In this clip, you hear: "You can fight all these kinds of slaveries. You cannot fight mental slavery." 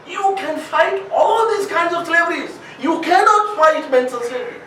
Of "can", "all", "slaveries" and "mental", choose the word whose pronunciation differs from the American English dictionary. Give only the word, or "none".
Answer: mental